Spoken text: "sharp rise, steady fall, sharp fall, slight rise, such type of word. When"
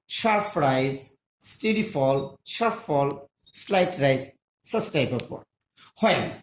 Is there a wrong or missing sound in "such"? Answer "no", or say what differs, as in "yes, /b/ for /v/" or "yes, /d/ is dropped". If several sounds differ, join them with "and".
yes, /s/ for /tʃ/